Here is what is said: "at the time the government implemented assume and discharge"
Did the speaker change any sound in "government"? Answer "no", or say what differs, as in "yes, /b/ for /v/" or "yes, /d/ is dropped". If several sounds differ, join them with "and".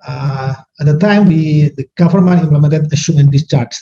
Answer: yes, /f/ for /v/ and /t/ is dropped